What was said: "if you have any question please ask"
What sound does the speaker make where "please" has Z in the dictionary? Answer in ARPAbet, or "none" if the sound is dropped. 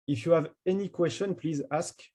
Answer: Z